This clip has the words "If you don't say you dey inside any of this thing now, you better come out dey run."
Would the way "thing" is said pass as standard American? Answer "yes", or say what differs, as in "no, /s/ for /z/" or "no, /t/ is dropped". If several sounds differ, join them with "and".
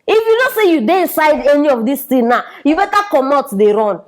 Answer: no, /t/ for /θ/